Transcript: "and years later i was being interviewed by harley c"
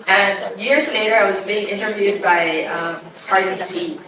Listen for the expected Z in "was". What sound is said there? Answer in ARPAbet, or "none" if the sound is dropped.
Z